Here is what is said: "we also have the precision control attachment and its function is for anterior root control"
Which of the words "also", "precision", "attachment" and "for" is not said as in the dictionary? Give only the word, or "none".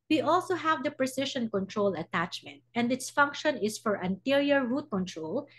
precision